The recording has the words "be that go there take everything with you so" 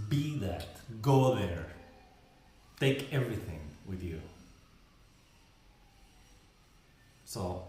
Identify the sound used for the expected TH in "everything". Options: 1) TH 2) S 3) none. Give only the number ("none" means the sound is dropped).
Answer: 1